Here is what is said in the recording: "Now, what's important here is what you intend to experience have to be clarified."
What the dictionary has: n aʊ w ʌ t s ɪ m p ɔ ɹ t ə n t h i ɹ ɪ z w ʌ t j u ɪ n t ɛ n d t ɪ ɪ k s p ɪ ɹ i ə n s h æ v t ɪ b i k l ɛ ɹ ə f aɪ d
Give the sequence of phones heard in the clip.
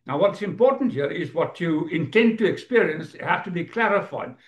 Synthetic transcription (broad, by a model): n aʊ w ʌ t s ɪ m p ɔ ɹ t n t h i ɹ ɪ z w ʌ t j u ɪ n t ɛ n d t ɪ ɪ k s p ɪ ɹ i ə n s h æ f t ɪ b i k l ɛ ɹ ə f aɪ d